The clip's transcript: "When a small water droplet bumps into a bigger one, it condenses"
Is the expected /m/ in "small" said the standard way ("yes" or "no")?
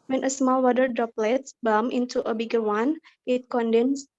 yes